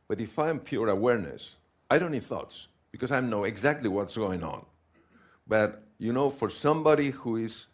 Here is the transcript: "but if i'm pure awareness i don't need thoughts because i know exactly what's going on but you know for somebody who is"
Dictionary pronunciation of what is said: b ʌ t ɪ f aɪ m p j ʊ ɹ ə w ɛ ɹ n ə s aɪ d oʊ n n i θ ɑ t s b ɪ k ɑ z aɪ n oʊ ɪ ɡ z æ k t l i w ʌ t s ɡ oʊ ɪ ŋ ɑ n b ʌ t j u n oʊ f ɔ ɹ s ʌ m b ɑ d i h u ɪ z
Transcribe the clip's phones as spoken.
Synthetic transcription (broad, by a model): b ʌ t ɪ f aɪ m p j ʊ ɹ ə w ɛ ɹ n ə s aɪ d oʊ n n i θ ɑ t s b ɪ k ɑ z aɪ n oʊ ɪ ɡ z æ k t l i w ʌ t s ɡ oʊ ɪ ŋ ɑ n b ʌ t j u n oʊ f ɔ ɹ s ʌ m b ɑ d i h u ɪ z